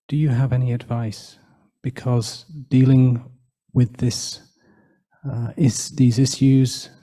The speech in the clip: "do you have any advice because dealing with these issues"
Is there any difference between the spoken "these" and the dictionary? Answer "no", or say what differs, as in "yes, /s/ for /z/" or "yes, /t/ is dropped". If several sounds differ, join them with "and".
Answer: no